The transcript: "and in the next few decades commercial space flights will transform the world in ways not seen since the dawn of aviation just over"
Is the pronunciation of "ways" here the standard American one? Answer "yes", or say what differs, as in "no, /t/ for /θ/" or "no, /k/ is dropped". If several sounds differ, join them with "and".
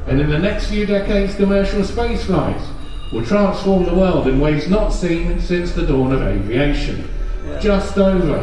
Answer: yes